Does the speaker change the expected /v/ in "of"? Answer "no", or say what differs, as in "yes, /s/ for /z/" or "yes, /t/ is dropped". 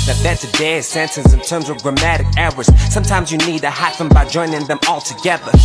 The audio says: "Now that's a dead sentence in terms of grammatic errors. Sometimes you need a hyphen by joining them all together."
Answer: no